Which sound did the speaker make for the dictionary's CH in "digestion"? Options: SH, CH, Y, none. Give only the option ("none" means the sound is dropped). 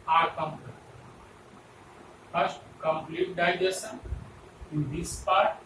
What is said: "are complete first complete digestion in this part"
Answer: none